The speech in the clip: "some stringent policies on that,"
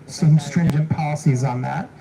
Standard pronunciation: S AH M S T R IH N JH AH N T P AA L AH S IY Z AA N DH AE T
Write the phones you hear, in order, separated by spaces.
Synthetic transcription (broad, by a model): S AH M S T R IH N JH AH N P AA L AH S IY Z N DH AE T